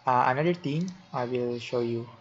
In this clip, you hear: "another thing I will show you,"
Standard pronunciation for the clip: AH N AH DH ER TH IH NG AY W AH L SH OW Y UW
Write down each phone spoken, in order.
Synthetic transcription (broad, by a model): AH N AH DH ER T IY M AY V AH L SH OW Y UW